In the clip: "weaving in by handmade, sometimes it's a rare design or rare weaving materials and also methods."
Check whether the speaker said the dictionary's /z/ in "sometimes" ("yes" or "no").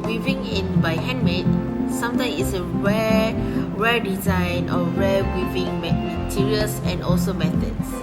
no